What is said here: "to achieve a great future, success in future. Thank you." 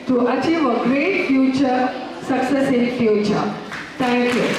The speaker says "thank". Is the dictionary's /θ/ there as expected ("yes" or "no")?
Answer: no